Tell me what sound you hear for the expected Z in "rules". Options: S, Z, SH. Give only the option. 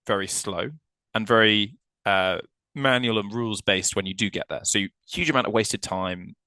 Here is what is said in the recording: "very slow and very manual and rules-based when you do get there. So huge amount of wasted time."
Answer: Z